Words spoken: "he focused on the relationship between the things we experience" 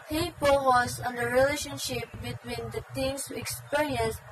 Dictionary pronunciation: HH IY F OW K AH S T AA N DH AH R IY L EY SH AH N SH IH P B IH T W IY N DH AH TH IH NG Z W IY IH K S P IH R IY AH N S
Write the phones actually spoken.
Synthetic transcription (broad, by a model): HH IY P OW AH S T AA N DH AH R IY L EY SH AH N SH IH P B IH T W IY N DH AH T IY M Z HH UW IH K S P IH R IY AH N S